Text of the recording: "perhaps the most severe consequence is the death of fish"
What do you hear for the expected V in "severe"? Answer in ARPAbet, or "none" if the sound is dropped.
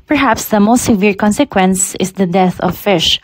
V